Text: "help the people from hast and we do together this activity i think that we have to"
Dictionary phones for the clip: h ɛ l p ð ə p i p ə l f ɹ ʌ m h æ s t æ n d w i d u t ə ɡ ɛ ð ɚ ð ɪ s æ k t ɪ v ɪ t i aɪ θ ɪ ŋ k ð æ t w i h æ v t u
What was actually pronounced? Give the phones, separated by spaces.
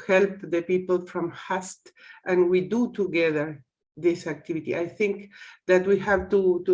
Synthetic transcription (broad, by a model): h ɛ l p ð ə p i p ə l f ɹ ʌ m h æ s t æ n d w i d u t ə ɡ ɛ ð ɚ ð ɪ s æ k t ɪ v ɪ t i aɪ θ ɪ ŋ k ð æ t w i h æ v t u